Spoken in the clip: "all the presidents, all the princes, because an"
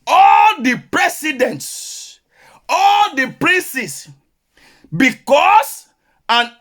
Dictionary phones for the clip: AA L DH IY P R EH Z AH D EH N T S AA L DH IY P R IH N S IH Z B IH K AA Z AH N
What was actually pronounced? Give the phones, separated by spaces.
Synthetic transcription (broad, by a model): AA L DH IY P R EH S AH D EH N T S AA L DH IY P R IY N S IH S B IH K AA S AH N